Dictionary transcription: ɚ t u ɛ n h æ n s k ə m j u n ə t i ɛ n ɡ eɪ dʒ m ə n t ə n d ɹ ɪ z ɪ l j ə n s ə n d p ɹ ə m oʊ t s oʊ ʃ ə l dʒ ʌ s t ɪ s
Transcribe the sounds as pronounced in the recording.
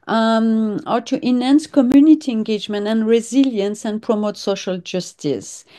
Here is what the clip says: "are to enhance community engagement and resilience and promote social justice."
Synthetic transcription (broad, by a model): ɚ t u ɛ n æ n s k ə m j u n ə t i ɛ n ɡ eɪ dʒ m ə n t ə n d ɹ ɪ z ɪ l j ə n s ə n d p ɹ ə m oʊ t s oʊ ʃ ə l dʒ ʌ s t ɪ s